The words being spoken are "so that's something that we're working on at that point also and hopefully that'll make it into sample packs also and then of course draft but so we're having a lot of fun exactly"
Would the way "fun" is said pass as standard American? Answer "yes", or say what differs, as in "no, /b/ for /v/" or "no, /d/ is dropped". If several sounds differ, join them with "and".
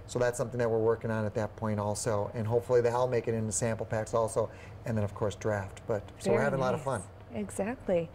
yes